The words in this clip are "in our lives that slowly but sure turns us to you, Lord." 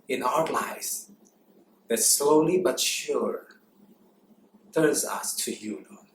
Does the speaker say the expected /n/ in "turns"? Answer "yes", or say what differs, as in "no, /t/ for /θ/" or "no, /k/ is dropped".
no, /n/ is dropped